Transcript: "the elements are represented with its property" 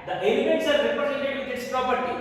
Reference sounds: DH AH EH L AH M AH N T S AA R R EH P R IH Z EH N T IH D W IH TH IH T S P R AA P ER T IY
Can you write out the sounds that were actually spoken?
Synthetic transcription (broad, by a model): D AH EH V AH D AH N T S AA R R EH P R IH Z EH L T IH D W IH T IH T S P R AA P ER T IY